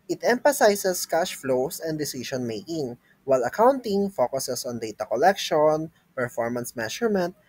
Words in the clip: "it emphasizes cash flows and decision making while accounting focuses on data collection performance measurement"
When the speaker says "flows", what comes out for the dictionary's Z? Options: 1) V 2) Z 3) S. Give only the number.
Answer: 3